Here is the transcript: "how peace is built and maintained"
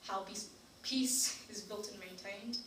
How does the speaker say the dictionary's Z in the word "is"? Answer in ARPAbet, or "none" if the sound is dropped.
Z